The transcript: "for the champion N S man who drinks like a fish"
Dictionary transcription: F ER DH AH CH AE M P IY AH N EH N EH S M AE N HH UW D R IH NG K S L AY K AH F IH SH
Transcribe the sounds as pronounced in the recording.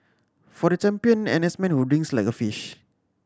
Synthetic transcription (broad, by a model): F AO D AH CH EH M P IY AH N EH N EH S M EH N HH UW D IH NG S L AY K AH F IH SH